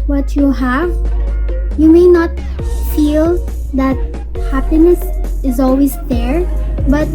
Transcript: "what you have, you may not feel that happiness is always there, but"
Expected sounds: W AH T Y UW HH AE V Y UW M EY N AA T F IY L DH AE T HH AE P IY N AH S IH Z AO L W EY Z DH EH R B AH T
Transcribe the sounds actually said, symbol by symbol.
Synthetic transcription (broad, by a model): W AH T Y UW HH AE V Y UW M EY N AA T F IY L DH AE T HH AE P IY N AH S IH Z AO L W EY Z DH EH R B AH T